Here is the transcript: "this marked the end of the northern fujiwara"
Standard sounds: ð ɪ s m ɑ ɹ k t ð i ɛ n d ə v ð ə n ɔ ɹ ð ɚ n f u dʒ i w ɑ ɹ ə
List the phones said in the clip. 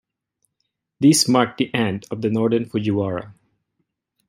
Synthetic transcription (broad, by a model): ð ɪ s m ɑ ɹ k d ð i ɛ n d ə v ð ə n ɔ ɹ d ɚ n f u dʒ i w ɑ ɹ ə